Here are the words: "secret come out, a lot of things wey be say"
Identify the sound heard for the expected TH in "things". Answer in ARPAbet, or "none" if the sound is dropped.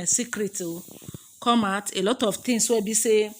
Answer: T